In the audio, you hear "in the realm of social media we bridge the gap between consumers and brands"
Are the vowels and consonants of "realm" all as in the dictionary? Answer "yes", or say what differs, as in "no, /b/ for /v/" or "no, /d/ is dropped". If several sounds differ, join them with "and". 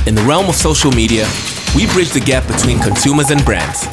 yes